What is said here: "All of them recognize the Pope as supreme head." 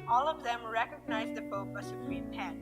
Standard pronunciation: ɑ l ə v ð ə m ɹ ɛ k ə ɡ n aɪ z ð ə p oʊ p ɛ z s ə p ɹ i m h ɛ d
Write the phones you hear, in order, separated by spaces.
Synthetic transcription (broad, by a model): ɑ l ə v ð ə m ɹ ɛ k ə ɡ n aɪ z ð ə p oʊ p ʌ s ə p ɹ i m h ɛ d